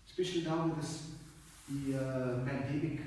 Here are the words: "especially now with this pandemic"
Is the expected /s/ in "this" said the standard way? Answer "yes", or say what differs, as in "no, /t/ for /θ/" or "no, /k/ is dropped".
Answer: no, /s/ is dropped